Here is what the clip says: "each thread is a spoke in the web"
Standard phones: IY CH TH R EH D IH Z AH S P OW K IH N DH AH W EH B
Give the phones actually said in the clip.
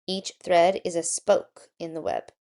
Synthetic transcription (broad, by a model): IY CH TH R EH D IH Z AH S P OW K IH N DH AH W EH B